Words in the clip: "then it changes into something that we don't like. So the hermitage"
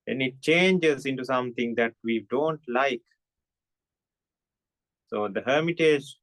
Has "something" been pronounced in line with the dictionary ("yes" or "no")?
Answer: no